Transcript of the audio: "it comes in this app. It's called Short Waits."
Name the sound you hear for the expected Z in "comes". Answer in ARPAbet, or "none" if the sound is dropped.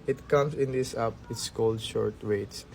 S